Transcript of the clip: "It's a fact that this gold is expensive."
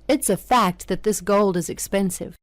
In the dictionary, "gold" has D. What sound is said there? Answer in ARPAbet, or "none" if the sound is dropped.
D